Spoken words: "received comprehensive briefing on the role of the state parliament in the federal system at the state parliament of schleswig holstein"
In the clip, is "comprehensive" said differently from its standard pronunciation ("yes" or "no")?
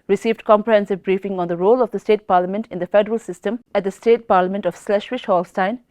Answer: no